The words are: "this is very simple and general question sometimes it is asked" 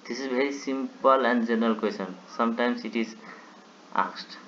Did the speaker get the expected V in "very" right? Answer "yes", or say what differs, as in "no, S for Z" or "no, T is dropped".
no, B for V